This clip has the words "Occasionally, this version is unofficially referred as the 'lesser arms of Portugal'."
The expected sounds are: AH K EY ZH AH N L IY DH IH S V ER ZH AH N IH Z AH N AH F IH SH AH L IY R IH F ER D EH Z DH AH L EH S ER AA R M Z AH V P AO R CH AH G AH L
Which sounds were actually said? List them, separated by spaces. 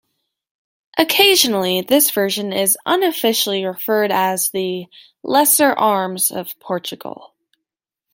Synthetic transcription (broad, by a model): AH K EY ZH AH N L IY DH IH S V ER ZH AH N IH Z AH N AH F IH SH L IY R IH F ER D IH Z DH AH L EH S ER AA R M Z AH V P AO R CH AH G L